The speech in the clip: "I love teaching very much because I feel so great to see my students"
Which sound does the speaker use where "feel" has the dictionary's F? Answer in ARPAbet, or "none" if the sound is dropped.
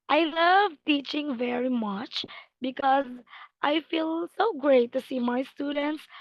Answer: F